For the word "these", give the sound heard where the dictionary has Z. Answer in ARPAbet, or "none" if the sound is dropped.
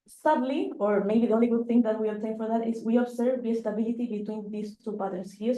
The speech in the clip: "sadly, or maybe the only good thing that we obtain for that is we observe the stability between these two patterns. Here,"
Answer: S